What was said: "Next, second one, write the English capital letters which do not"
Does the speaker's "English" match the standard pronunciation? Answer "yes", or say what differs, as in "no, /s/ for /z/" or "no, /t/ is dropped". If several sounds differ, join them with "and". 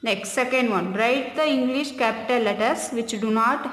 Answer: yes